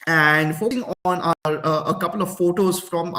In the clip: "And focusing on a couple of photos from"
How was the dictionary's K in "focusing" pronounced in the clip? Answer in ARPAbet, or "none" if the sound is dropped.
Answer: none